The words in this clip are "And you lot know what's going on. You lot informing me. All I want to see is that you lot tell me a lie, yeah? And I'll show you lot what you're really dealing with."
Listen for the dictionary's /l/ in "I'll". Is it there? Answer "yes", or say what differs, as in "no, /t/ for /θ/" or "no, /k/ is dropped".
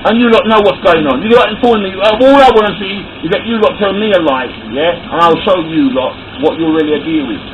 yes